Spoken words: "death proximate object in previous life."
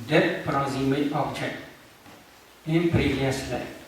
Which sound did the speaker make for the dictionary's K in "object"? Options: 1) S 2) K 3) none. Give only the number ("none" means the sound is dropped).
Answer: 3